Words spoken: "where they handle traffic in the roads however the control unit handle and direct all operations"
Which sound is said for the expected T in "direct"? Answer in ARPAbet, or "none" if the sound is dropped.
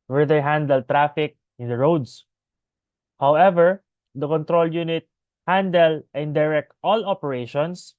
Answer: T